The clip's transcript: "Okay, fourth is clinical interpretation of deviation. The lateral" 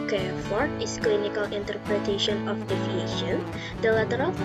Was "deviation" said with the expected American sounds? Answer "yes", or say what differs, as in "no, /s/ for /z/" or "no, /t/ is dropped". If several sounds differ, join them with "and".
no, /f/ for /v/